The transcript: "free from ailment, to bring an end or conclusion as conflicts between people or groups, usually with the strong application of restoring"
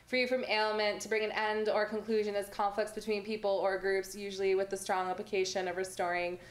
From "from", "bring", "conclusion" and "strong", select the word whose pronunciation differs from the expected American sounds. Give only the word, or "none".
none